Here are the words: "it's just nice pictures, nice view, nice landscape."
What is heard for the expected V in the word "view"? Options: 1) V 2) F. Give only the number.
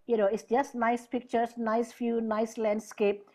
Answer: 2